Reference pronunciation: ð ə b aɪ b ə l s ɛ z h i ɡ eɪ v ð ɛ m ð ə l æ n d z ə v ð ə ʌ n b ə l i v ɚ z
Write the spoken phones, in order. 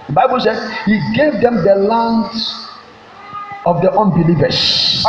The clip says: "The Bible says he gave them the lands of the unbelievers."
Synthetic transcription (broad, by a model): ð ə b aɪ b ə l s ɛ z h i ɡ eɪ v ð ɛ m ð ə l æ n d ə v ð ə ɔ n b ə l i v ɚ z